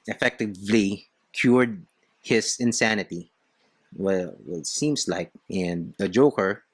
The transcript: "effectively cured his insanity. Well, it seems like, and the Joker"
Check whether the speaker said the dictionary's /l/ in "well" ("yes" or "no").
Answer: no